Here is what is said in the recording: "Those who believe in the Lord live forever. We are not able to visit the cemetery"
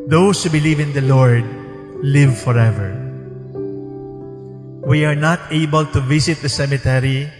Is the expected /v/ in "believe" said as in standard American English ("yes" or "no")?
yes